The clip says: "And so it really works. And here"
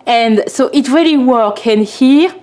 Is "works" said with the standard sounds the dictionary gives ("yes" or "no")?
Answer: no